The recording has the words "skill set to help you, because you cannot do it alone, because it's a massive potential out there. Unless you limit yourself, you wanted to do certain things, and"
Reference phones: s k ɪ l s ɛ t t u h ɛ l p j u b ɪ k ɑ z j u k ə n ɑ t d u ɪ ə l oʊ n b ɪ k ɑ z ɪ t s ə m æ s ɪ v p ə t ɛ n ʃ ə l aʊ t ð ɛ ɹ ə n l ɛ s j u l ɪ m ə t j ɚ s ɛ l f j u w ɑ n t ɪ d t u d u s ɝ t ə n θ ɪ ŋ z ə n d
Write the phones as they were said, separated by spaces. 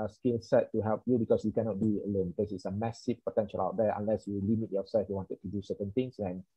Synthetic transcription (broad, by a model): s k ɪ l s ɛ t t u h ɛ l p j u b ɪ k ɑ s j u k ə n ɑ t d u ə l oʊ n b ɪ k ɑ s ɪ t s ə m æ s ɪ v p ə t ɛ n ʃ ə l aʊ t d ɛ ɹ ə n l ɛ s j u l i m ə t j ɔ s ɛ l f j u w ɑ n t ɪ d t u d u s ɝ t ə n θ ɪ ŋ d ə n